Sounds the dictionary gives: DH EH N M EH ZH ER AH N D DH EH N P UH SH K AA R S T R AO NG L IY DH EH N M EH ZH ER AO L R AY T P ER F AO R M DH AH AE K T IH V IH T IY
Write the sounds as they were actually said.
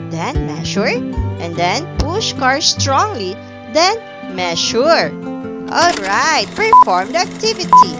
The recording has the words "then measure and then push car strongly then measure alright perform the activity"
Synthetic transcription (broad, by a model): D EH N M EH SH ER AH N D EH N P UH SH K AA R S T R AO NG L IY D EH N M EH SH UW AO L R AY T P ER F AO R M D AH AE K T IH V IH T IY